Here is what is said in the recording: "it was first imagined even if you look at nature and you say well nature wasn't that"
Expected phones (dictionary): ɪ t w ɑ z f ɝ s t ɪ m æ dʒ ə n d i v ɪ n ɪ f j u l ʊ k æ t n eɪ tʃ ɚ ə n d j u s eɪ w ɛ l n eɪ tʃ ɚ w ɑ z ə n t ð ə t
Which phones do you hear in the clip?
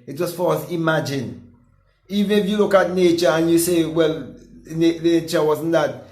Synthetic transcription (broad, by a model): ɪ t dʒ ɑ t f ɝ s ɪ m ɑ dʒ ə n i v ɪ n ɪ f j u l ʊ k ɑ t n eɪ tʃ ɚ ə n j u s eɪ w ɛ l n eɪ tʃ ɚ w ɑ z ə n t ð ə t